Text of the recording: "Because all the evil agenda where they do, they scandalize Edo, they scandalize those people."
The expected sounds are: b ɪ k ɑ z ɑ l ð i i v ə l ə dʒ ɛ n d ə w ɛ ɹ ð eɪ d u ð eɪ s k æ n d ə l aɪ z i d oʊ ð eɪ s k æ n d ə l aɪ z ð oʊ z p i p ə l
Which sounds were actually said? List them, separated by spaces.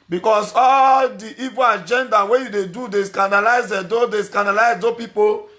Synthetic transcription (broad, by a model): b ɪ k ɑ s ɑ l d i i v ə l ə dʒ ɛ n d ə w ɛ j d eɪ d u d eɪ s k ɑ n d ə l aɪ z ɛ d oʊ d eɪ s k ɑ n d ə l aɪ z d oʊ p i p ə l